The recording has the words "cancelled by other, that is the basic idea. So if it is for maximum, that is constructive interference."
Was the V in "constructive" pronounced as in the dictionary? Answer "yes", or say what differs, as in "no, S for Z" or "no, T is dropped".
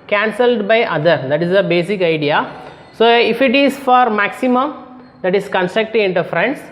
no, V is dropped